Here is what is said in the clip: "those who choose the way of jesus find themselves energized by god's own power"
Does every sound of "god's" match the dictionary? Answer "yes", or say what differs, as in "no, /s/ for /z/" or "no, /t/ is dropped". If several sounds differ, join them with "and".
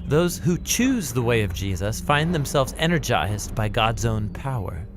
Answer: yes